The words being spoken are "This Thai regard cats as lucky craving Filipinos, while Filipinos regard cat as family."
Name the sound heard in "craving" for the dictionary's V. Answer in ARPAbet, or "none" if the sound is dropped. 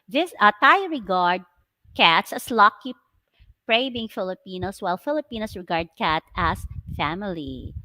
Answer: B